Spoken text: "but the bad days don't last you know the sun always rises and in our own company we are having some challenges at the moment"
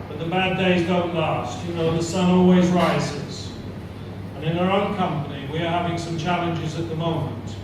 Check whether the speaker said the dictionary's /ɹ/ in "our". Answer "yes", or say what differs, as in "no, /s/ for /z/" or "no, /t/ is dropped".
yes